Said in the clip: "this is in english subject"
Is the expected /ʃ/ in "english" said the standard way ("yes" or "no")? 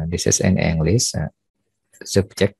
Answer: no